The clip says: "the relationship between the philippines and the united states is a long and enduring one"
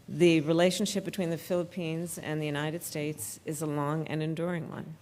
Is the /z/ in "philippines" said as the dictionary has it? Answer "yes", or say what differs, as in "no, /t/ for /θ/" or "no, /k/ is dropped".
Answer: yes